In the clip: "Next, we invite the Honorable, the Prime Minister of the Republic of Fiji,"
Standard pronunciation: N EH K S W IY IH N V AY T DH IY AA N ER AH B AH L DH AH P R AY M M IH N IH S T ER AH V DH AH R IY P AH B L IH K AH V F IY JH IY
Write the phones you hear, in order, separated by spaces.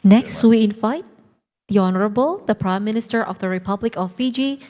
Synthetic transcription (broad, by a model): N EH K S W IY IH N F AY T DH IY AA N ER AH B AH L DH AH P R AY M M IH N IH S T ER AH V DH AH R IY P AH B L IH K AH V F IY JH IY